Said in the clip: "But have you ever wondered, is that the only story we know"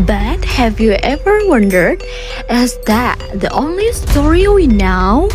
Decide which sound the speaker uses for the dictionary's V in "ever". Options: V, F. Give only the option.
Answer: V